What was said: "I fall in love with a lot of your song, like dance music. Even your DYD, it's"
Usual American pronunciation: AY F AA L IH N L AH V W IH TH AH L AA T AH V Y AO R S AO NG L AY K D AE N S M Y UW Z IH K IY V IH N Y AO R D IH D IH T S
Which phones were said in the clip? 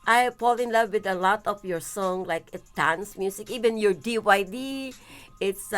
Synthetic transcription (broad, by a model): AY P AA L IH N L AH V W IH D AH L AA T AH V Y AO R S AO NG L AY K D AE N S M Y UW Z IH K IY V IH N Y AO R D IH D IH T S